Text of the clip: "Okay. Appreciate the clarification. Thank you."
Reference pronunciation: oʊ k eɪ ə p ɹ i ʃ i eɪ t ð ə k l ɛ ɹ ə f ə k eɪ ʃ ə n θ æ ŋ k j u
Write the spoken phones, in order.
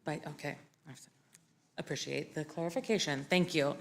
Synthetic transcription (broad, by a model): oʊ k eɪ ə p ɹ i ʃ i eɪ t ð ə k l ɛ ɹ ə f ə k eɪ ʃ ə n θ æ ŋ k j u